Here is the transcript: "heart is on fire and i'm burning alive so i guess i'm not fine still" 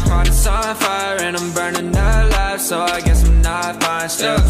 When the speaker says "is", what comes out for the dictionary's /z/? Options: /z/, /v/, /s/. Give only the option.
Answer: /s/